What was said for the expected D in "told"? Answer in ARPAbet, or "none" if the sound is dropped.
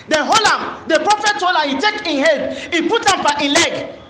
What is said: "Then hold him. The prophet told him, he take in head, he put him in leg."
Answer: none